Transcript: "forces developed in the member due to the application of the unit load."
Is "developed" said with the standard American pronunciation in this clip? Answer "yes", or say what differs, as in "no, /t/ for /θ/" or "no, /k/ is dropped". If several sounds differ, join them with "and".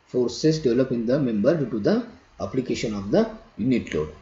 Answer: no, /t/ is dropped